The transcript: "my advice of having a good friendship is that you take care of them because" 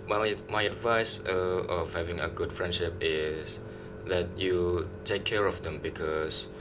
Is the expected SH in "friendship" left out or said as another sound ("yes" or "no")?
no